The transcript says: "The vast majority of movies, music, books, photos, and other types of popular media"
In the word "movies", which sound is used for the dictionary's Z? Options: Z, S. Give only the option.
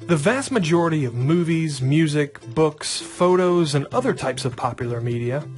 Z